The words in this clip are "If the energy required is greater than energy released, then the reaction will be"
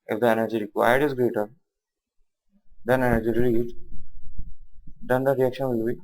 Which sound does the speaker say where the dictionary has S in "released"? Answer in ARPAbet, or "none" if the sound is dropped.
none